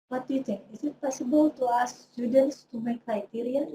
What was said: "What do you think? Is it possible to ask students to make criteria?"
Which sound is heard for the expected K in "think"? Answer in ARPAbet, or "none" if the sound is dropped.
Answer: none